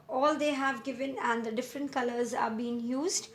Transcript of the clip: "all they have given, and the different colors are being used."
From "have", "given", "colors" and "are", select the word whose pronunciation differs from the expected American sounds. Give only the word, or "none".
none